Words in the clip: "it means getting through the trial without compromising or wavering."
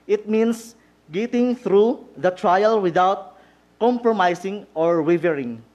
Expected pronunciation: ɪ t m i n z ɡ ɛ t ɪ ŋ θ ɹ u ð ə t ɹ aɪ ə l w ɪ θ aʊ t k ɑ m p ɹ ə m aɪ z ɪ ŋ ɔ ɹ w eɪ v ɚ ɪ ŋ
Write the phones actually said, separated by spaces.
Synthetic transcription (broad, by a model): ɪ t m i n s ɡ ɛ t ɪ ŋ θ ɹ u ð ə t ɹ aɪ ə l w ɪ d aʊ t k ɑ m p ɹ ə m aɪ s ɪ ŋ ɔ ɹ w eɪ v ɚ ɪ ŋ